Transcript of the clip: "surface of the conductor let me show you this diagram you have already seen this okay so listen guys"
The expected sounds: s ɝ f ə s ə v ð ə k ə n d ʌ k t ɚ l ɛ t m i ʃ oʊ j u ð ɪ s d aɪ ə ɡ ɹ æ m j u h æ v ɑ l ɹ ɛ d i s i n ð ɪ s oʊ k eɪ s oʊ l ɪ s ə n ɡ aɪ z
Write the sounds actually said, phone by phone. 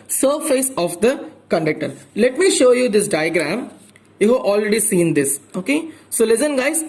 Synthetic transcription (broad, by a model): s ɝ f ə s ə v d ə k ə n d ʌ k t ɚ l ɛ t m i ʃ oʊ j u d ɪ s d aɪ ə ɡ ɹ æ m j u h æ v ɑ l ɹ ɛ d i s i n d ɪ s oʊ k eɪ s oʊ l ɪ s ə n ɡ aɪ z